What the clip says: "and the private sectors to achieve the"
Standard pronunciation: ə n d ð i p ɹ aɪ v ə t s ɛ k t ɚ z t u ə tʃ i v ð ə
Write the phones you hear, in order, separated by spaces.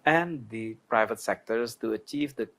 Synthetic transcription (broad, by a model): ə n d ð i p ɹ aɪ v ə t s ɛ k t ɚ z t u ə tʃ i v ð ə